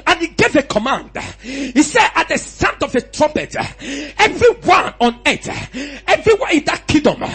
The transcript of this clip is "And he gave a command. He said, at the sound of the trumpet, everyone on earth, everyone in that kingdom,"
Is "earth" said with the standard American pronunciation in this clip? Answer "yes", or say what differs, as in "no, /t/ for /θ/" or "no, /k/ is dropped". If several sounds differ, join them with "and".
no, /t/ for /θ/